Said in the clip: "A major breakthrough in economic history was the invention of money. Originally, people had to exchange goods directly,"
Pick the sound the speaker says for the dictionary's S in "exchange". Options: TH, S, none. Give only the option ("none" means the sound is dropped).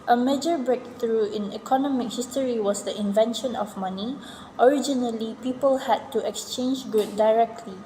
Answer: S